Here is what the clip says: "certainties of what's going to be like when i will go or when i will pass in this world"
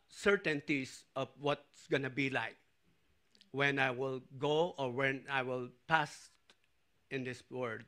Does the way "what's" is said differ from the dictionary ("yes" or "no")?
no